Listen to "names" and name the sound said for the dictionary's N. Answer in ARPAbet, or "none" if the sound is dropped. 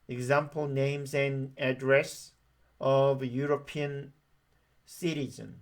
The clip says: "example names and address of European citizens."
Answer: N